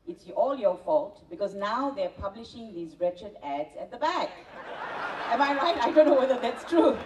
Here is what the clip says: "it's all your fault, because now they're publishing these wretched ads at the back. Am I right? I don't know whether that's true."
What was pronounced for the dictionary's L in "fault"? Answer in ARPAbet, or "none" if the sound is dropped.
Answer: L